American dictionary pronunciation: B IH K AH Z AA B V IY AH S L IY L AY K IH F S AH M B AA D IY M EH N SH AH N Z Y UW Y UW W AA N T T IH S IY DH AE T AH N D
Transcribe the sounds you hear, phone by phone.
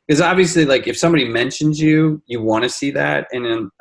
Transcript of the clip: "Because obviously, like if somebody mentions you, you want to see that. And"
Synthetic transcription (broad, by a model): K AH Z AA B V IY AH S L IY L AY K IH F S AH M B AA D IY M EH N SH AH N Z Y UW Y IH W AA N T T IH S IY DH AE T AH N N